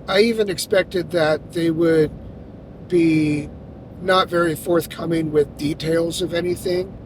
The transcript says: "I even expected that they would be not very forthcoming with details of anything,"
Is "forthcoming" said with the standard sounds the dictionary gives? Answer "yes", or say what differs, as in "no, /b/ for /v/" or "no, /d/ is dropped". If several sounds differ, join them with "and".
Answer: yes